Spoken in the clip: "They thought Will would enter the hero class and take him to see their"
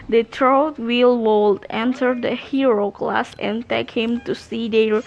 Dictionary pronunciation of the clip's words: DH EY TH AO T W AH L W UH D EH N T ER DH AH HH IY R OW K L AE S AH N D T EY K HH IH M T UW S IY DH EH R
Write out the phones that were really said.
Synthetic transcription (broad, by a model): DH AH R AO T W AH L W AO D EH N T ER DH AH HH IY R OW K L AE S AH N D T EY K HH IH M T UW S IY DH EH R